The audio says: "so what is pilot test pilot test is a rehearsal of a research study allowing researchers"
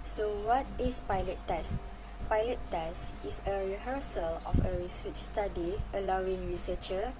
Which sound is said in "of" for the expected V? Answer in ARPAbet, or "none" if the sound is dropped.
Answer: F